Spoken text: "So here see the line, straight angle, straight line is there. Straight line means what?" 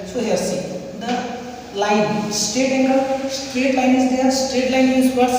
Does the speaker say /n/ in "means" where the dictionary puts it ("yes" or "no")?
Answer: no